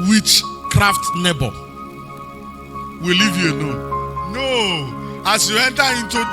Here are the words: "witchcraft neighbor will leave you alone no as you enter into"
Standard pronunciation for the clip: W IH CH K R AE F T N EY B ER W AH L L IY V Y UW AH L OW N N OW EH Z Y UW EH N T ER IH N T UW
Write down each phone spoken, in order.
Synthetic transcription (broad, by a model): W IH CH K R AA F T N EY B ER W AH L L IY V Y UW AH N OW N N OW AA S Y UW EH N T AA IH N T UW